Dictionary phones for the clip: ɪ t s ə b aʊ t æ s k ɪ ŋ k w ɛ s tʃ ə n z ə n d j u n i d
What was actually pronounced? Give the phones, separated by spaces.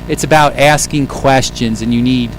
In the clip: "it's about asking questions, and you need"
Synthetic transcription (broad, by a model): ɪ t s ə b aʊ t æ s k ɪ ŋ k w ɛ s tʃ ə n z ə n j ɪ n i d